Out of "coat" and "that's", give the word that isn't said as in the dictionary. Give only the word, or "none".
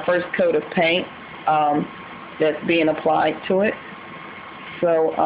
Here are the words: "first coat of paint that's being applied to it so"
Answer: none